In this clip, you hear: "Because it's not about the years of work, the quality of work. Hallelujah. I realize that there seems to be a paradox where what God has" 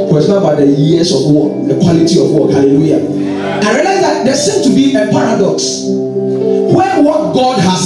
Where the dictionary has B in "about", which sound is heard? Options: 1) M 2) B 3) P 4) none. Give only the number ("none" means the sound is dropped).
4